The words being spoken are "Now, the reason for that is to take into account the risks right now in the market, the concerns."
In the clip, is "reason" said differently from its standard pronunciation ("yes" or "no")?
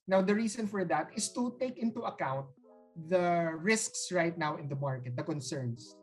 yes